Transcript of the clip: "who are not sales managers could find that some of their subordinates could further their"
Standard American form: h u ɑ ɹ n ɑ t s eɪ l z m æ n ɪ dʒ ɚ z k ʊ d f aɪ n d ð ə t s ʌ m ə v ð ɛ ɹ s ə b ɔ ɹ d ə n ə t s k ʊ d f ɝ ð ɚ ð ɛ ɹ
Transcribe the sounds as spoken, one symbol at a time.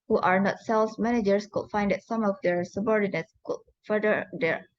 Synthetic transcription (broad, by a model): h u ɑ ɹ n ɑ t s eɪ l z m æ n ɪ dʒ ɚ s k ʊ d f aɪ n d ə t s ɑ m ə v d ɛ ɹ s ə b ɔ ɹ d ə n ə t s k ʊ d f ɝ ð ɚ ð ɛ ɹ